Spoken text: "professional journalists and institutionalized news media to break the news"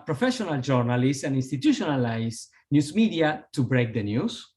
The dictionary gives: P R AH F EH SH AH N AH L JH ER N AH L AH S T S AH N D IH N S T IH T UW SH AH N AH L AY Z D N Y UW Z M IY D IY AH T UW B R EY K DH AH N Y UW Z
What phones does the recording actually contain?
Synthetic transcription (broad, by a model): P R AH F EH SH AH N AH L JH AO N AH L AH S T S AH N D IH N S T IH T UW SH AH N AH L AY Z N Y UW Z M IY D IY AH T UW B R EY K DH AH N Y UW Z